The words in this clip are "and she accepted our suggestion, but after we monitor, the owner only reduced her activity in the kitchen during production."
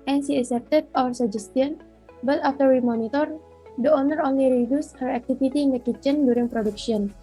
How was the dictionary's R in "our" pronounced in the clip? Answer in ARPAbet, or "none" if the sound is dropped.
R